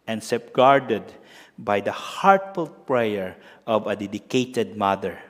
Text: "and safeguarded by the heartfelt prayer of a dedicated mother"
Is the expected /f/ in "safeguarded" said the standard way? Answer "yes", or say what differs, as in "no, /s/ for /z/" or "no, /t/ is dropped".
no, /p/ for /f/